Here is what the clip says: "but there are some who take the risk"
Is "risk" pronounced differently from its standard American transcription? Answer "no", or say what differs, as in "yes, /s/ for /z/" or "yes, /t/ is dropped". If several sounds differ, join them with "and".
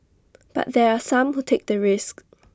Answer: no